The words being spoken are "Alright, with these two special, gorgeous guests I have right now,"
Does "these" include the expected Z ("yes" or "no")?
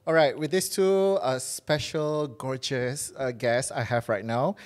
no